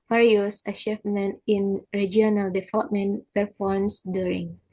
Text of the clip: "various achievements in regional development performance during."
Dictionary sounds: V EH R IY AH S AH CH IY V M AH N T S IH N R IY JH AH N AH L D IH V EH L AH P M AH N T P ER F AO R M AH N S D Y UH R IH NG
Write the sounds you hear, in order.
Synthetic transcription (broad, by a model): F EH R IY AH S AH SH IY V M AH N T IH N R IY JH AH N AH L D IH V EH L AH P M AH N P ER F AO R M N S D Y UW R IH NG